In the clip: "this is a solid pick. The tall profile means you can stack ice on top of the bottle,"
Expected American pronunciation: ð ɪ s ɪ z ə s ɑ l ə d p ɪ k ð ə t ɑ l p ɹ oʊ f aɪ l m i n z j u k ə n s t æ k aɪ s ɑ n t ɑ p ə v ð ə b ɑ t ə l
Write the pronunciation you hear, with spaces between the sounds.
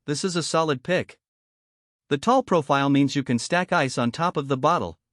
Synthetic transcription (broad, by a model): ð ɪ s ɪ z ə s ɑ l ə d p ɪ k ð ə t ɑ l p ɹ oʊ f aɪ l m i n z j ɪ k ə n s t æ k aɪ s n t ɑ p ə v ð ə b ɑ t l